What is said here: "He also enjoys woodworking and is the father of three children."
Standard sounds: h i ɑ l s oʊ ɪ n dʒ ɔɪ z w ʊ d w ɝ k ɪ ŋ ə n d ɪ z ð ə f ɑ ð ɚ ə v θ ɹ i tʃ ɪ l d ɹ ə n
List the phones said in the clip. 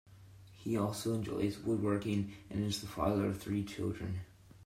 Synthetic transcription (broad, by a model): h i ɑ l s oʊ ɪ n dʒ ɔɪ z w ʊ d w ɝ k ɪ ŋ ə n ɪ z ð ə f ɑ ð ɚ ə v θ ɹ i tʃ ɪ l d ɹ ə n